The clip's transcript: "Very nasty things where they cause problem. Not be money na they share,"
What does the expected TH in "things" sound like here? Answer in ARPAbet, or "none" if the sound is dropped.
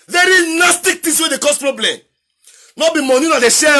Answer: T